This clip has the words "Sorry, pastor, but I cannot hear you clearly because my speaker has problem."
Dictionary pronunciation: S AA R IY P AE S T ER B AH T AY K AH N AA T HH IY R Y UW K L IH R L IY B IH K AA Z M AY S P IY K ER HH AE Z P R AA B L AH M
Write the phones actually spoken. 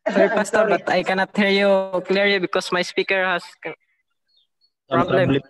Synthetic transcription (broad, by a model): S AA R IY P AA S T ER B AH T AY K AH N AA T HH IY R Y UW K L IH R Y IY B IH K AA S M AY S P IY K ER HH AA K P R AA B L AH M